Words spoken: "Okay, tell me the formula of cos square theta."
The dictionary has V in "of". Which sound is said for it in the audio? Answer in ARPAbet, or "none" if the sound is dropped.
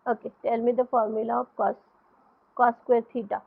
P